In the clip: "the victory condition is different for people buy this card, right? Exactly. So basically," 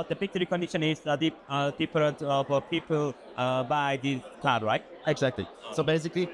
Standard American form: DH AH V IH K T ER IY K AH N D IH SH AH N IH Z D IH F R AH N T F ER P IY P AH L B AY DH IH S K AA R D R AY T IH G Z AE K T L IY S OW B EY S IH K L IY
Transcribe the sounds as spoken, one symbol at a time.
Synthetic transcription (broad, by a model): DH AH P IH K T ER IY K AH N D IH SH AH N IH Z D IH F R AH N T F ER P IY P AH L B AY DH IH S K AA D R AY T IH G Z AE K T L IY S OW B EY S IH K L IY